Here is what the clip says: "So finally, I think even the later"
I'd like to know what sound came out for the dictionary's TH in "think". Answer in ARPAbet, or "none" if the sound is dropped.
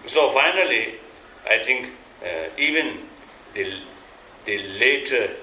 T